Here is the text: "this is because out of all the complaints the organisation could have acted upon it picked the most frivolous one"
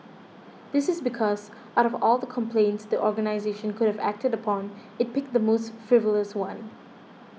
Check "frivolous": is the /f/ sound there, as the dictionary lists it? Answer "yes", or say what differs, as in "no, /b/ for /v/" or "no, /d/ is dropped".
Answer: yes